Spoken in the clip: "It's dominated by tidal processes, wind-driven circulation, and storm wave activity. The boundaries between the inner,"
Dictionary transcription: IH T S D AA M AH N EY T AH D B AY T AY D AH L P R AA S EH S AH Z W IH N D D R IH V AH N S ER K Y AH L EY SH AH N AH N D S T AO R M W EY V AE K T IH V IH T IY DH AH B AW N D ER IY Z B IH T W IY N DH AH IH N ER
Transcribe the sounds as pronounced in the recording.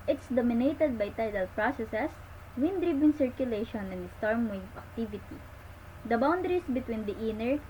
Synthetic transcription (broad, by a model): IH T S D AA M AH N EY T AH D B AY T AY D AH L P R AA S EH S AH S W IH N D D R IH B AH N S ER K Y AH L EY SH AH N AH N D S T AO R M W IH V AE K T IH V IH T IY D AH B AW N D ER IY S B IH T W IY N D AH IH N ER